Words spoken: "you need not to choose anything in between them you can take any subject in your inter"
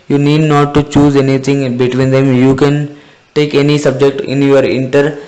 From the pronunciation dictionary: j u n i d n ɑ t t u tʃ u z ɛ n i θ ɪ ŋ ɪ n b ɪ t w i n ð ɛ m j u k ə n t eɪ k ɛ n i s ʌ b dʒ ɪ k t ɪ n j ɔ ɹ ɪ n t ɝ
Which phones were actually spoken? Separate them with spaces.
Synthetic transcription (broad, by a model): j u n i d n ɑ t t u tʃ u z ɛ n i t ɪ ŋ b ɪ t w i n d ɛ m j u k ə n t eɪ k ɛ n i s ʌ b dʒ ɪ k t ɪ n j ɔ ɹ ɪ n t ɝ